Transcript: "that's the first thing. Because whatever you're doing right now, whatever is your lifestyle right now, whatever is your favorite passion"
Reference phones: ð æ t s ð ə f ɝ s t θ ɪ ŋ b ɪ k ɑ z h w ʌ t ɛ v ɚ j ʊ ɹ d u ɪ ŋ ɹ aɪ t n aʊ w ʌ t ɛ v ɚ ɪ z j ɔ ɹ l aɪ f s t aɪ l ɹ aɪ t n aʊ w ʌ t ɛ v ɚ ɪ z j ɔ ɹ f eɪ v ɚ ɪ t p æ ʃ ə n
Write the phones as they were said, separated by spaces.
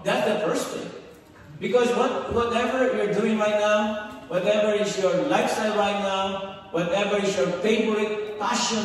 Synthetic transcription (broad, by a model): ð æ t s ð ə f ɝ s t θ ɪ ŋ b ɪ k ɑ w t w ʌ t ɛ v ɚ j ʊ ɹ d u ɪ ŋ ɹ aɪ t n aʊ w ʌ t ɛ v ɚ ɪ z j ɔ ɹ l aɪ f s t aɪ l ɹ aɪ t n aʊ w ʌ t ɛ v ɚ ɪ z j ɔ ɹ p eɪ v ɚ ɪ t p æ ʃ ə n